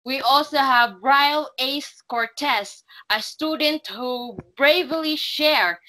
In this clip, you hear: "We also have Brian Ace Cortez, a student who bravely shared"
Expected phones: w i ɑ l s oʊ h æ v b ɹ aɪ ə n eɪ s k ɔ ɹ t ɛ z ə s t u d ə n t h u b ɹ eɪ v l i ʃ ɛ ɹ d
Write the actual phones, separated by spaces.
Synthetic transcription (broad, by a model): w i ɑ l s oʊ h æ v ɹ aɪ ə l eɪ s k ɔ ɹ t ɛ s ə s t u d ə n t h u b ɹ eɪ v l i ʃ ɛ ɹ